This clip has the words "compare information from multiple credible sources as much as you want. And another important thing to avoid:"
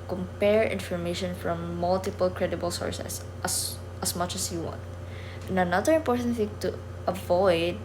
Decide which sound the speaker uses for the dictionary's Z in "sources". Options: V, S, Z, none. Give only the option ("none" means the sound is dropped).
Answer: S